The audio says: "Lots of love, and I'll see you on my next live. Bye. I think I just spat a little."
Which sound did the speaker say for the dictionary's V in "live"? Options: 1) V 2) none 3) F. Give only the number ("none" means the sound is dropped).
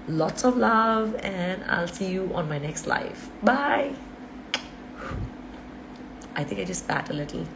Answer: 3